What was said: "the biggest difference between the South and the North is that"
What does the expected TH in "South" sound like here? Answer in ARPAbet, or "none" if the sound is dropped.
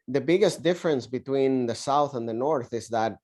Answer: TH